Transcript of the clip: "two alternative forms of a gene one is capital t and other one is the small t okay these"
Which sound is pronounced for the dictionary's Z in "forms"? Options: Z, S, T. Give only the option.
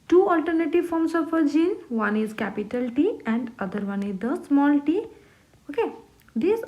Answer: S